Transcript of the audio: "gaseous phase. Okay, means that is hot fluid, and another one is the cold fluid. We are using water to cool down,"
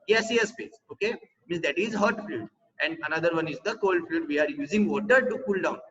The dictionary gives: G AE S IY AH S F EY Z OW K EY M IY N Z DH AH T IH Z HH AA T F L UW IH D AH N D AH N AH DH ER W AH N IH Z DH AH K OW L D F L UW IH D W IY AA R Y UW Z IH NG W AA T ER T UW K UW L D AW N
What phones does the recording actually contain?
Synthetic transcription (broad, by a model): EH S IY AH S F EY S OW K EY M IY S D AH T IH Z HH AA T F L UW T AH N D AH N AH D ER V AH N IH Z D AH K OW L D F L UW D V IY AA R Y UW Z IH NG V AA T ER T UW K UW L D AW N